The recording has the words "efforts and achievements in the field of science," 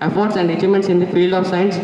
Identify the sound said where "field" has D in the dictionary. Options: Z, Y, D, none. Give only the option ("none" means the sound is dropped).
none